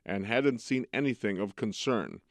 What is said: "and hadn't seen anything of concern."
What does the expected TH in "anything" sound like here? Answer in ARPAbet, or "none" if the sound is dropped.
TH